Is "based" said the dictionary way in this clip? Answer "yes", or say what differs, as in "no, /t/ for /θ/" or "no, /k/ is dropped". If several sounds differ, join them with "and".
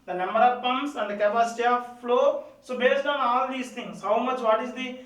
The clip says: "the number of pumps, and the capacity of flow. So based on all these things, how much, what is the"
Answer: yes